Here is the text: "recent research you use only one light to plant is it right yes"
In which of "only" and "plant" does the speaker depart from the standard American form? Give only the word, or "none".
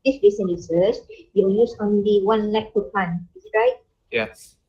plant